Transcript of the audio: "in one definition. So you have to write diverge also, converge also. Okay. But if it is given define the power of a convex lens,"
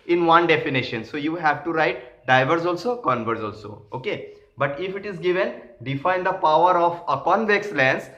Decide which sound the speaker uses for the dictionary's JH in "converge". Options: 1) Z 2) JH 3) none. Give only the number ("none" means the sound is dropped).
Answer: 1